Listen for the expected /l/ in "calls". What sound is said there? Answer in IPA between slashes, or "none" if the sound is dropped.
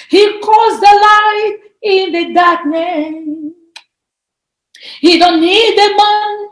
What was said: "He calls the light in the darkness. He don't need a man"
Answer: none